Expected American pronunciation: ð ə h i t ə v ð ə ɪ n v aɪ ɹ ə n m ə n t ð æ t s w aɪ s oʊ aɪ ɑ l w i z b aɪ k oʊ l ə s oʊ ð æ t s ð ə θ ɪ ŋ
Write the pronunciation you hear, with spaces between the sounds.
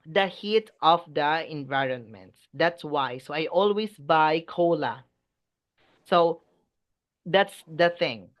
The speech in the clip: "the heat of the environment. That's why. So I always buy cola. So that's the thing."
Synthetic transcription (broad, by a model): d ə h i t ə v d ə ɪ n v aɪ ɹ ə n m ə n t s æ t s w aɪ s oʊ aɪ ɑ l w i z b aɪ k oʊ l ə s oʊ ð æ t s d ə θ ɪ ŋ